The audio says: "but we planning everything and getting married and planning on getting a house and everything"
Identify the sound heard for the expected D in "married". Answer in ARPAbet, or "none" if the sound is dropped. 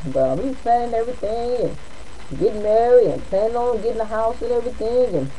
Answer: none